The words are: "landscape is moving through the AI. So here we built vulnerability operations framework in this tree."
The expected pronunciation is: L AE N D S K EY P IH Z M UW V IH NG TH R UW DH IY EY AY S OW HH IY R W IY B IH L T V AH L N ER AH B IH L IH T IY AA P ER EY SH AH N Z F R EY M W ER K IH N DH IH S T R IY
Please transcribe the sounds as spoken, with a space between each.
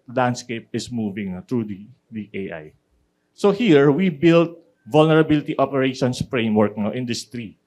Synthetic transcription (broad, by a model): L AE N D S K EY P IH S M UW V IH NG T R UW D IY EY AY S OW HH IY R W IY B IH L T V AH L N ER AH B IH L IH T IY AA P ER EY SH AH N S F R EY M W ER K IH N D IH S T R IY